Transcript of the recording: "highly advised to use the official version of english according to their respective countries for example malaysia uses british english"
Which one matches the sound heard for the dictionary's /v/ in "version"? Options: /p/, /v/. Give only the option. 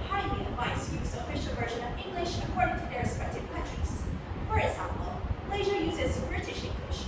/v/